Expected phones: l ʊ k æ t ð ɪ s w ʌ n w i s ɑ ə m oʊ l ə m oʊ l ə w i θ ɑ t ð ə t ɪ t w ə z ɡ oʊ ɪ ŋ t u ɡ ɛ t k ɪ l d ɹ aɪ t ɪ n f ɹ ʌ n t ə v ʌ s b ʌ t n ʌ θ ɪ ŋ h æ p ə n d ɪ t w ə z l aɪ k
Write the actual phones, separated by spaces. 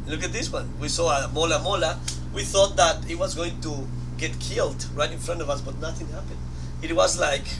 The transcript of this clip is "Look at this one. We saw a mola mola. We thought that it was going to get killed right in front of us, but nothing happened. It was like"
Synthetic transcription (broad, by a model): l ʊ k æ t ð ɪ s w ʌ n w i s ɑ ə m oʊ l ə m oʊ l ə w i θ ɑ t ð ə t ɪ t w ə z ɡ oʊ ɪ ŋ t u ɡ ɛ t k ɪ l d ɹ aɪ t ɪ n f ɹ ʌ n t ə v ʌ s b ʌ t n ʌ θ ɪ ŋ h æ p ə n d ɪ t w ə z l aɪ k